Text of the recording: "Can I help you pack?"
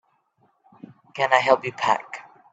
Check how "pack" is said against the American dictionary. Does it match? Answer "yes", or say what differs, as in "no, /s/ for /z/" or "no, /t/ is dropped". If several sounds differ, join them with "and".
yes